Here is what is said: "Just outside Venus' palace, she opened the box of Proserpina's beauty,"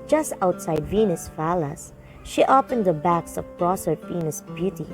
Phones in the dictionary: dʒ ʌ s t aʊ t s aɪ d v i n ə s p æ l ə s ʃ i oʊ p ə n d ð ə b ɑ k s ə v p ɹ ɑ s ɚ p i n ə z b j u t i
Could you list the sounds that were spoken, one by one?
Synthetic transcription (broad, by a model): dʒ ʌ s t aʊ t s aɪ d v i n ə s f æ l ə s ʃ i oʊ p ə n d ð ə b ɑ k s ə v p ɹ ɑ s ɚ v i n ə s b j u t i